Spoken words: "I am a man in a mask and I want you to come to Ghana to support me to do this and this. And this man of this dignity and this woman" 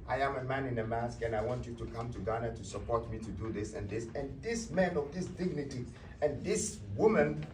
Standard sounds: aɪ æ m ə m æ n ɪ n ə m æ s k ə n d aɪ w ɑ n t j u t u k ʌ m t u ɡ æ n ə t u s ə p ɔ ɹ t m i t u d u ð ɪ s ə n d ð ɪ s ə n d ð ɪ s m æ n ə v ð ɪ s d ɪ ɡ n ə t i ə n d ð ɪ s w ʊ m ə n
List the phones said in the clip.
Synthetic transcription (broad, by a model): aɪ æ m ə m æ n ɪ n ə m æ s k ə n aɪ w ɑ n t j u t u k ʌ m t u ɡ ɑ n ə t u s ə p ɔ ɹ t m i t u d u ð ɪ s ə n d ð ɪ s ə n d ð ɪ s m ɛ n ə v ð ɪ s d ɪ ɡ n ə t i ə n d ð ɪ s w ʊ m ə n